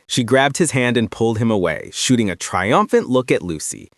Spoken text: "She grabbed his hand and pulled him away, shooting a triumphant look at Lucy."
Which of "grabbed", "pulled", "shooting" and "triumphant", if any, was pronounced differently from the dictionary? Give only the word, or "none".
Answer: none